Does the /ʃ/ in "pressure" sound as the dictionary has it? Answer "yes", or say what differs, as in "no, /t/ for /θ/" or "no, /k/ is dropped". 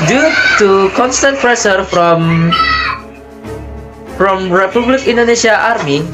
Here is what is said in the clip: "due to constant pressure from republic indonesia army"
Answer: no, /s/ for /ʃ/